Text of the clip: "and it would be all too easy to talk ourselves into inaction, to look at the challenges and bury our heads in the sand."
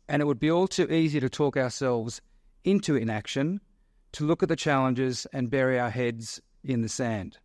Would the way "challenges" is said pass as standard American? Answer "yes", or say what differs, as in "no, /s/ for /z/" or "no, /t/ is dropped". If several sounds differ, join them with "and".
yes